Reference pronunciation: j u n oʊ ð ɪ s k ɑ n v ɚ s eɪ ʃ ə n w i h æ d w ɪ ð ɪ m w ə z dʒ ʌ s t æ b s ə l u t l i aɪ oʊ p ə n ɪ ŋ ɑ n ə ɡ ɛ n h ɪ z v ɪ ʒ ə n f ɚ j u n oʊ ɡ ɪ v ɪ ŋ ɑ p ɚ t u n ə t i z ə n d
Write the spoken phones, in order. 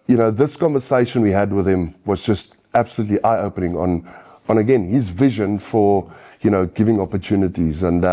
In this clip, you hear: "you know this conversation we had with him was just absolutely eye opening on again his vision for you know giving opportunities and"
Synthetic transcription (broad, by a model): j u n oʊ ð ɪ s k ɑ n v ɚ s eɪ ʃ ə n w i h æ d w ɪ ð ɪ m w ə z dʒ ʌ s t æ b s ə l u t l i aɪ oʊ p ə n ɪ ŋ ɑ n ə ɡ ɛ n h ɪ z v ɪ ʒ ə n f ɚ j u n oʊ ɡ ɪ v ɪ ŋ ɑ p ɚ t u n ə t i z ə n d